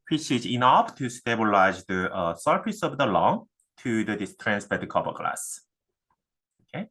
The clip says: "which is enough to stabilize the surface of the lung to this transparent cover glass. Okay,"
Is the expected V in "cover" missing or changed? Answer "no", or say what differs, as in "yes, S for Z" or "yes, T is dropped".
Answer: yes, P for V